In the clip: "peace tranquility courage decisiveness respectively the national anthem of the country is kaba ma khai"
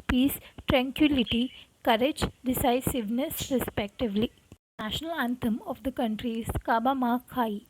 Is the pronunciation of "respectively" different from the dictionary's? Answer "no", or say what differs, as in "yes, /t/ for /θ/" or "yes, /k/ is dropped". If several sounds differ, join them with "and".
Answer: no